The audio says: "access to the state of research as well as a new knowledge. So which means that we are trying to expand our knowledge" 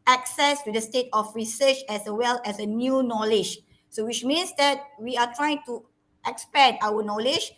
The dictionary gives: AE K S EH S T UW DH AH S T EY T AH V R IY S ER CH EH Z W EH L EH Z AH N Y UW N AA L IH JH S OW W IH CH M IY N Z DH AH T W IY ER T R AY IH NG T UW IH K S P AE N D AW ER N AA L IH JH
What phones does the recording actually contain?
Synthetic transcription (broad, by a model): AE K S EH S T UW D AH S T EY T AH F R IY S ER CH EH S W EH L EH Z AH N Y UW N AA L IH JH S OW W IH CH M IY N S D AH T W IY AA T R AY IH NG T UW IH K S P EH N AW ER N AA L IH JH